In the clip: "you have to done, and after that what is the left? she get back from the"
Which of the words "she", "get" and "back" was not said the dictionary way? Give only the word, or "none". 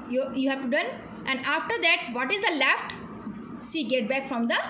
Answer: she